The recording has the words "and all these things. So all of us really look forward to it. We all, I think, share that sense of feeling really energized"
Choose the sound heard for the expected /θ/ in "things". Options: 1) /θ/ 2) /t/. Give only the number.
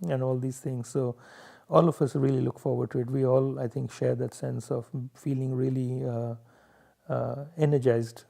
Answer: 2